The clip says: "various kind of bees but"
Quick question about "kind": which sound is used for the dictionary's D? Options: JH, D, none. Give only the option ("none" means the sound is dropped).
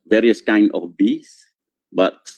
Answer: none